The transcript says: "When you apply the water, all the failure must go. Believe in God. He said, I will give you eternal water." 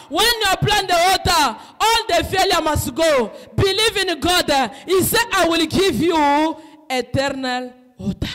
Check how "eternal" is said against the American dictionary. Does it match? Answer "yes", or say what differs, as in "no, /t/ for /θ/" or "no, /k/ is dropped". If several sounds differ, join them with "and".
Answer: yes